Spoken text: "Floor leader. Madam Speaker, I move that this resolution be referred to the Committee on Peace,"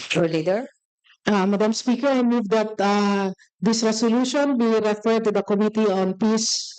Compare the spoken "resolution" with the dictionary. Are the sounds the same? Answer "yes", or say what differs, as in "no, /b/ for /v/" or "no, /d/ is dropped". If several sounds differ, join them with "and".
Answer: no, /s/ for /z/